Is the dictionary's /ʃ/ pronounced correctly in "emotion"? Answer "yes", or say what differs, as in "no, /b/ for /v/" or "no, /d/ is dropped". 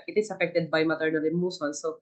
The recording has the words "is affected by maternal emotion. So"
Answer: no, /s/ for /ʃ/